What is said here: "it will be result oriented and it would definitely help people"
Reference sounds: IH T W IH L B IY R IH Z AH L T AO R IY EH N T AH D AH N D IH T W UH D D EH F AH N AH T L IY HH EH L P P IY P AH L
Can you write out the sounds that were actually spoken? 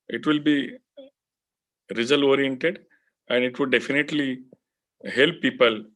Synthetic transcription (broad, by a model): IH T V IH L B IY R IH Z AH L AO R IY EH N T AH D AH N D IH T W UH D D EH F AH N AH T L IY HH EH L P P IY P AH L